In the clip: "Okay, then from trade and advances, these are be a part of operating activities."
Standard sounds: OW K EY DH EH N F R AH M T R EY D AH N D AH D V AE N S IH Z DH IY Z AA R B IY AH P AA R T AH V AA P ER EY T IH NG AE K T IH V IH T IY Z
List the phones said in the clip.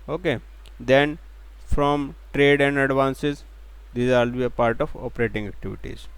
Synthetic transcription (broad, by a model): OW K EY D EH N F R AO M T R EY D AH N D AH D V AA N S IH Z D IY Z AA L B IY AH P AA R T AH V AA P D EY T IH NG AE K T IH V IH T IY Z